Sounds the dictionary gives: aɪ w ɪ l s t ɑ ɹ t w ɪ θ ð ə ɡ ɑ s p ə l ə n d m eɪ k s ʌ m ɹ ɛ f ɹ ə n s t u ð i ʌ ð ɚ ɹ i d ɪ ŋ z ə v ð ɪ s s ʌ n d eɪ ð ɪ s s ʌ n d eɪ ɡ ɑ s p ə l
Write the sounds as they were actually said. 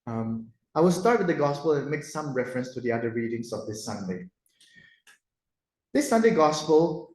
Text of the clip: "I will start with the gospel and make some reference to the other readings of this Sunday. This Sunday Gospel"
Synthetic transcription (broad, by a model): aɪ w ɪ l s t ɑ ɹ t w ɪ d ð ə ɡ ɑ s p ə l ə n m eɪ k s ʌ m ɹ ɛ f ɹ ə n s t u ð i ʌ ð ɚ ɹ i d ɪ ŋ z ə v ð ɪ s s ʌ n d eɪ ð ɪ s s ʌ n d eɪ ɡ ɑ s p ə l